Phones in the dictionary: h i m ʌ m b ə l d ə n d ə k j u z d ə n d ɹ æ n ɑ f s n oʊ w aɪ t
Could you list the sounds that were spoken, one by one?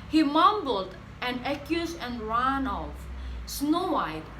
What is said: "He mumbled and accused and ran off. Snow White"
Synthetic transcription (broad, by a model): h i m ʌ m b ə l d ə n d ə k j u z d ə n ɹ æ n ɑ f s n oʊ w aɪ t